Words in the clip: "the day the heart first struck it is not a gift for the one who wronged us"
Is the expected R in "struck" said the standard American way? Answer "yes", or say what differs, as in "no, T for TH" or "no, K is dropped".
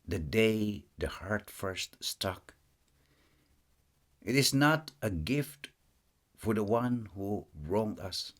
no, R is dropped